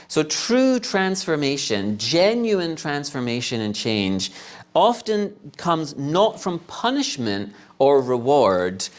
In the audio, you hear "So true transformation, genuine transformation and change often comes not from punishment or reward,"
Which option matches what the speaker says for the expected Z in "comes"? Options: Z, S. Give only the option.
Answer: Z